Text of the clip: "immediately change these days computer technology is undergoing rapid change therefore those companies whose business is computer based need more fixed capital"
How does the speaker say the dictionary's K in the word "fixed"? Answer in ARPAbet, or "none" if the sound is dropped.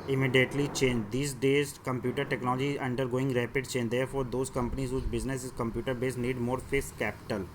none